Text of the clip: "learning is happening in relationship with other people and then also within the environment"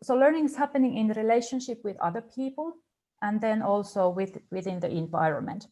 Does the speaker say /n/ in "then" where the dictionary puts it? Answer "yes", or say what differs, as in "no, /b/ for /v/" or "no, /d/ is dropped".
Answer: yes